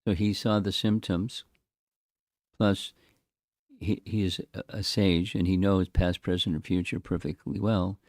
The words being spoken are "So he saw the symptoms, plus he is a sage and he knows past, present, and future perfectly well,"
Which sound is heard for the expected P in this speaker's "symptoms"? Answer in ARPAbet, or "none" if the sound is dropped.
P